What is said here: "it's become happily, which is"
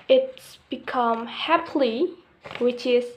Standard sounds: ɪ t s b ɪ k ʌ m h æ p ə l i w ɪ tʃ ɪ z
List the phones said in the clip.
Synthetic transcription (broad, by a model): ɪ t s b ɪ k ʌ m h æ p l i w ɪ tʃ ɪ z